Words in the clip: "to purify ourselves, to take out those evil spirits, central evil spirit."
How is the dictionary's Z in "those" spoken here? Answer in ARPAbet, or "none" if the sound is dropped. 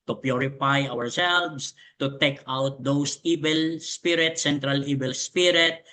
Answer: S